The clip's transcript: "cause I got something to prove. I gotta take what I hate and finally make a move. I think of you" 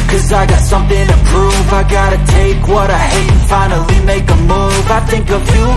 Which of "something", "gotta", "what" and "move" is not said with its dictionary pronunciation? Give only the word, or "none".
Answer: none